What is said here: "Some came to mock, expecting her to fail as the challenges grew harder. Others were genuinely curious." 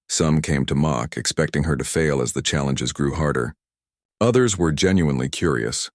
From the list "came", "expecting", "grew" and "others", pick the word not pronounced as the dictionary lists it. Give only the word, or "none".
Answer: none